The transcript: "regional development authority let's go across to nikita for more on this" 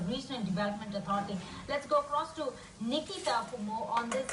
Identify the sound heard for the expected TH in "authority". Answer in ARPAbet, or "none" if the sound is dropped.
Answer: T